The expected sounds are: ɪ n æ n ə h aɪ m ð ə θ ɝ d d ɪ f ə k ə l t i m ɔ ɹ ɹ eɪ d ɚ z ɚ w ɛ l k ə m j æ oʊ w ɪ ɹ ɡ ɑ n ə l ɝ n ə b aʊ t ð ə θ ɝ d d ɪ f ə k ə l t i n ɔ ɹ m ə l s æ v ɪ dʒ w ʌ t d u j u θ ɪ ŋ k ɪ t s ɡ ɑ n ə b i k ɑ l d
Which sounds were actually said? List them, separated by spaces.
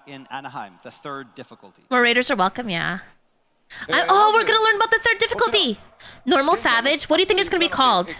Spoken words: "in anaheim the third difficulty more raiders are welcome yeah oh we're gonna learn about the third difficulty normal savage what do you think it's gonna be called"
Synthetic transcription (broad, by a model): ɪ n æ n ə h aɪ m ð ə θ ɝ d d ɪ f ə k l t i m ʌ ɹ ɹ eɪ d ɚ z ɚ w ɛ l k ə m j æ oʊ w ɪ ɹ ɡ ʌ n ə l ɝ n b aʊ t ð ə θ ɝ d d ɪ f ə k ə l t i n ɔ ɹ m l s æ v ɪ dʒ w ʌ t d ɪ j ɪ θ ɪ ŋ k ɪ t s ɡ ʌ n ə b i k ɑ l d